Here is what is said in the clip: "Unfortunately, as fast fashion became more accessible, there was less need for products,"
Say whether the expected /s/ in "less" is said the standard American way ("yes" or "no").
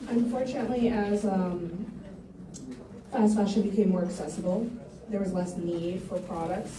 yes